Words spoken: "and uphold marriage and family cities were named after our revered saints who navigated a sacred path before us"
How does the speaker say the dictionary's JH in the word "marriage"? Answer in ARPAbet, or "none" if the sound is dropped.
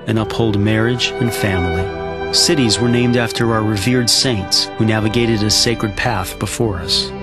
JH